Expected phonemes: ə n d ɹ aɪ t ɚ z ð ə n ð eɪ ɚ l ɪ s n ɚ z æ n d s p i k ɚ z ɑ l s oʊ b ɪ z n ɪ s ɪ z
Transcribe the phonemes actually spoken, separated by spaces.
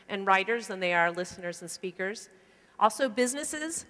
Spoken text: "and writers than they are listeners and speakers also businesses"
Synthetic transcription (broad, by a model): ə n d ɹ aɪ t ɚ z ð ə n ð eɪ ɚ l ɪ s n ɚ z n s p i k ɚ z ɑ l s oʊ b ɪ z n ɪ s ɪ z